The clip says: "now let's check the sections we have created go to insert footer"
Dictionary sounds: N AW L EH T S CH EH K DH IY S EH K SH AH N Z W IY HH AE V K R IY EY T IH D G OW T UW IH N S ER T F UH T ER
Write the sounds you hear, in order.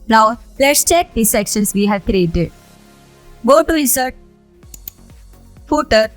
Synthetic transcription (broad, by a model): N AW L EH T S CH EH K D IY S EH K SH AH N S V IY HH AE V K R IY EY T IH D G OW T UW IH S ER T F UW T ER